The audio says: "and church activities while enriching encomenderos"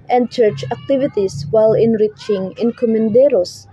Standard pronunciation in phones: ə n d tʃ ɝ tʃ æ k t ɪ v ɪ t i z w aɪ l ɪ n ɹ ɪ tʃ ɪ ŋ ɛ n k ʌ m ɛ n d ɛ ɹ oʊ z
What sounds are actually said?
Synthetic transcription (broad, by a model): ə n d tʃ ɝ tʃ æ k t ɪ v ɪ t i s w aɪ l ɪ n ɹ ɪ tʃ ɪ ŋ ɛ n k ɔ m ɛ n d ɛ ɹ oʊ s